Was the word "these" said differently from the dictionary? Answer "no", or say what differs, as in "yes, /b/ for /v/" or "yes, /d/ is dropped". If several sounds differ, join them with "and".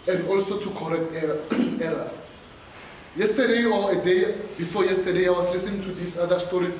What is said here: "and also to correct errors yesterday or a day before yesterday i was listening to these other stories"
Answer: yes, /s/ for /z/